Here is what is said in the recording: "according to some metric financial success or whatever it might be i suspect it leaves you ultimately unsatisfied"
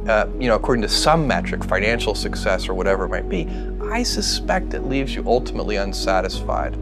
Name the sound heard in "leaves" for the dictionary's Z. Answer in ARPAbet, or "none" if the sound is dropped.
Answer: Z